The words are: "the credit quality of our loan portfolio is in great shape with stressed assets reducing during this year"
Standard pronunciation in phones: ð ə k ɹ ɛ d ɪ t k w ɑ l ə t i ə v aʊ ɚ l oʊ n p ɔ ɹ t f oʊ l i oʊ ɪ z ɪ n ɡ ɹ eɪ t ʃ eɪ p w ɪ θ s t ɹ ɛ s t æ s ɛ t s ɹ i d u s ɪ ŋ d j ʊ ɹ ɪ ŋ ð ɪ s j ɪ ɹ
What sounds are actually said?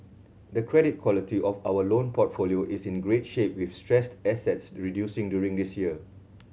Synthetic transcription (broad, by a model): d ə k ɹ ɛ d ɪ t k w ɑ l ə t i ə f aʊ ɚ l oʊ n p ɔ t f oʊ l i oʊ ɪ s ɪ n ɡ ɹ eɪ t ʃ eɪ p w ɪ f s t ɹ ɛ s t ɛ s ɛ t s ɹ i d u s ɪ ŋ d j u ɹ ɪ ŋ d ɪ s j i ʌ